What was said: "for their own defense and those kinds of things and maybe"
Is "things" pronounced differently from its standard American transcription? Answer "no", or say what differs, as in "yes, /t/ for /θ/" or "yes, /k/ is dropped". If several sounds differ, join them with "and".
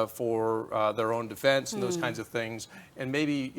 no